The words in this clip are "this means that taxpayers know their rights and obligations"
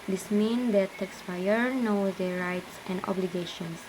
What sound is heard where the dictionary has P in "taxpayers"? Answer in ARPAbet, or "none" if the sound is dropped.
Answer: F